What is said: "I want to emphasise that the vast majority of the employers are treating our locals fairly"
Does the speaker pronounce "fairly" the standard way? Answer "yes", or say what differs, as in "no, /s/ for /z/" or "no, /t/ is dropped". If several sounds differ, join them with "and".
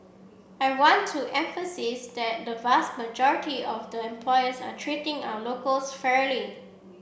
yes